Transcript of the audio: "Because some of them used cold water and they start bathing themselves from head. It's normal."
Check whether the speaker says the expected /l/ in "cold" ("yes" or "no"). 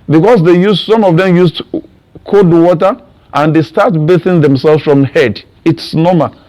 no